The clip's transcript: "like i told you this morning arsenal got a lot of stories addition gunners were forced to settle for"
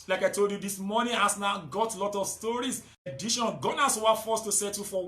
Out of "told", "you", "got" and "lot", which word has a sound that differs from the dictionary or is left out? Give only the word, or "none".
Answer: none